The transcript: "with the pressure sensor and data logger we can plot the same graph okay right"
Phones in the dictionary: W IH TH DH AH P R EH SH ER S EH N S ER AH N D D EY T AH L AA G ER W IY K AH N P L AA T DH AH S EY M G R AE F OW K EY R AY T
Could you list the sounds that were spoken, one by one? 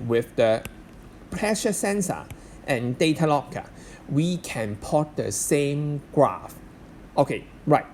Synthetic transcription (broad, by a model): W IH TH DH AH P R EH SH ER S EH N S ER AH N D D EY T AH L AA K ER W IY K AH N P AA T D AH S EY M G R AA F OW K EY R AY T